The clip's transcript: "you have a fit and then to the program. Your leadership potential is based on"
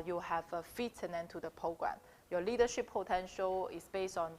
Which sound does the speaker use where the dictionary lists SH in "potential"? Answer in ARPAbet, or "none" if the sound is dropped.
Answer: SH